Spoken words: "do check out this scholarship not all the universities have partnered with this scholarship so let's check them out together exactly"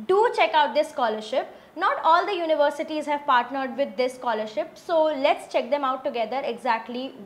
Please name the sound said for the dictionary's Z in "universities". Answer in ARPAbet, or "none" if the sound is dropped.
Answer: Z